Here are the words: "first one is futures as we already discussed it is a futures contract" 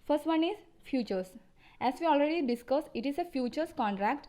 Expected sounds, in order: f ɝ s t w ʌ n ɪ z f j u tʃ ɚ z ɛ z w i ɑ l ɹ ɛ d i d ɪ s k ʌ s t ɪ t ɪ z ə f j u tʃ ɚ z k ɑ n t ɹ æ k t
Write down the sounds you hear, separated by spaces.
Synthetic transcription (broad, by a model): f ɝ s t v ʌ n ɪ z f j u tʃ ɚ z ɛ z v i ɑ l ɹ ɛ d i d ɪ s k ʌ s ɪ t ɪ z ə f j u tʃ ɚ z k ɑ n t ɹ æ k t